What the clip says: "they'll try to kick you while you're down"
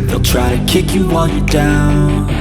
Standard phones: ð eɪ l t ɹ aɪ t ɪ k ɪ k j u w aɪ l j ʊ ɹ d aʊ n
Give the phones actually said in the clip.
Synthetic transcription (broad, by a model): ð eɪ l t ɹ aɪ t ɪ k ɪ k j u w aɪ n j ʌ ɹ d aʊ n